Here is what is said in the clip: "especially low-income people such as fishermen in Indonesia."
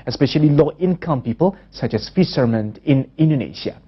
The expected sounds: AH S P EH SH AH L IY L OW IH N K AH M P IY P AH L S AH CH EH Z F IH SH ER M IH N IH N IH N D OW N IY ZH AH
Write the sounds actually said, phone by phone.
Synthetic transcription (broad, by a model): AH S P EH SH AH L IY L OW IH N K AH M P IY P AH L S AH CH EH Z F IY S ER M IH N IH N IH N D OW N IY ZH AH